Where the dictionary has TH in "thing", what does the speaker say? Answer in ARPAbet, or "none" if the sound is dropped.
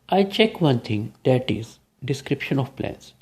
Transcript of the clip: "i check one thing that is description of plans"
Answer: T